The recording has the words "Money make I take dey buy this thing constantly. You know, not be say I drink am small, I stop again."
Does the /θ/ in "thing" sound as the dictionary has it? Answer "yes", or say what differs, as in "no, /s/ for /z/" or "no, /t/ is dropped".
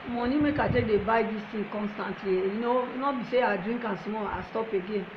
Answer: no, /t/ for /θ/